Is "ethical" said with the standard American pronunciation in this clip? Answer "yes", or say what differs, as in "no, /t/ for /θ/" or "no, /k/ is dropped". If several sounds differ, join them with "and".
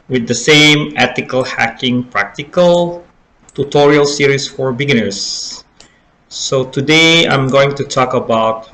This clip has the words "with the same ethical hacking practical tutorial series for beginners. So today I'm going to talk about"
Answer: no, /t/ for /θ/